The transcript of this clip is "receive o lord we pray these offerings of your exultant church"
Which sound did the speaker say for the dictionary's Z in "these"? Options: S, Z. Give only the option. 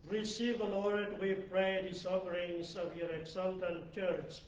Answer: S